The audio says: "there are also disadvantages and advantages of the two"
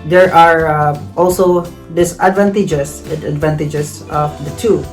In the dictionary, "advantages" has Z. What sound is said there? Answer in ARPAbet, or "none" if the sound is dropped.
S